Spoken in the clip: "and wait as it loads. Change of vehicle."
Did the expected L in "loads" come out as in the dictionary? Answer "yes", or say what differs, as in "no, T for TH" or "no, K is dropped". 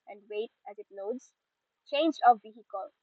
no, N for L